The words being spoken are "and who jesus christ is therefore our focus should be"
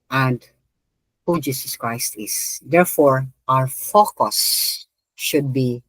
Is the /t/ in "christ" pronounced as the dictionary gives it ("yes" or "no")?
yes